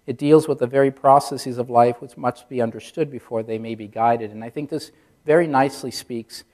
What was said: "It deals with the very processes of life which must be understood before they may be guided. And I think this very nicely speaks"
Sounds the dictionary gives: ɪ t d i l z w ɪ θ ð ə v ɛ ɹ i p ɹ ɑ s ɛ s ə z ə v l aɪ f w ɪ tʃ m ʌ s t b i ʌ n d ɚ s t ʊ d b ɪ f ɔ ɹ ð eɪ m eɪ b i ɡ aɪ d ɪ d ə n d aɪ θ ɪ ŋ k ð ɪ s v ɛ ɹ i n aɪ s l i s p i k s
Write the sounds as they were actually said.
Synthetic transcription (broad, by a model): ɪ t d i l z w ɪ ð ə v ɛ ɹ i p ɹ ɑ s ɛ s ə z ə v l aɪ f w ɪ tʃ m ʌ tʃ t b i ʌ n d ɚ s t ʊ d b ɪ f ɔ ɹ ð eɪ m eɪ b i ɡ aɪ d ɪ d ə n aɪ θ ɪ ŋ k ð ɪ s v ɛ ɹ i n aɪ s l i s p i k s